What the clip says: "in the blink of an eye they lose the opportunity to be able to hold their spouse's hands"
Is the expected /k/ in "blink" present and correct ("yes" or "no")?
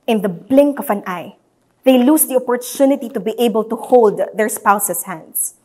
yes